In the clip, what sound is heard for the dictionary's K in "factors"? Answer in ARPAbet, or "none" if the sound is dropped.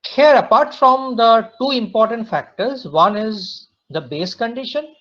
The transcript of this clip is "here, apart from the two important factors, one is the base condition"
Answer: K